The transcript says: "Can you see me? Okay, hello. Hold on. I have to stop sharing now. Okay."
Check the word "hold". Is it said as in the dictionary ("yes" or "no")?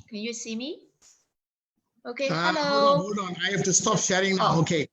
no